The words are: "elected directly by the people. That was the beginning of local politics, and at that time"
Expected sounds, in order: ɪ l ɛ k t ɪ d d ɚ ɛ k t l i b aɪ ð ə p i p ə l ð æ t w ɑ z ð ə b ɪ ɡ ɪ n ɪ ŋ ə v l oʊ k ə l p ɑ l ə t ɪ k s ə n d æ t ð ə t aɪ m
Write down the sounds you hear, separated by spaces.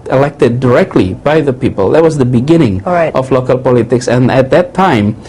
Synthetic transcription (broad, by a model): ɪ l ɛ k t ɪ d d ɚ ɛ k t l i b aɪ ð ə p i p ə l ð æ t w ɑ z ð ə b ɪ ɡ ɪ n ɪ ŋ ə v l oʊ k ə l p ɑ l ə t ɪ k s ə n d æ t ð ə t aɪ m